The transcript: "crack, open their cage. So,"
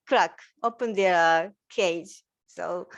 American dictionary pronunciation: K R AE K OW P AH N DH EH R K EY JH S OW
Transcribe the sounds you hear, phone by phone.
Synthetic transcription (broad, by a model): K R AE K OW P AH N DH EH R K EY JH S OW